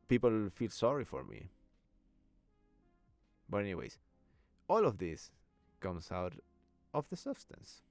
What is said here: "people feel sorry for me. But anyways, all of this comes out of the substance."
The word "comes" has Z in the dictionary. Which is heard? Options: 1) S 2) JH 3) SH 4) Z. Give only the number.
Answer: 1